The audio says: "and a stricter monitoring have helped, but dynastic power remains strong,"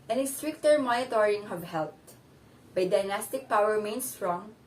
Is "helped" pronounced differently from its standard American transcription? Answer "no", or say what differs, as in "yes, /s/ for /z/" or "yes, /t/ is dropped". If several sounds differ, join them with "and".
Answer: yes, /p/ is dropped